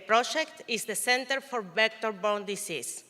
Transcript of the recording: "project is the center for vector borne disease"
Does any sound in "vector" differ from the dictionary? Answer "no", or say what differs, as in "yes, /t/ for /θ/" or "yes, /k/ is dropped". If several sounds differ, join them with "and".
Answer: yes, /b/ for /v/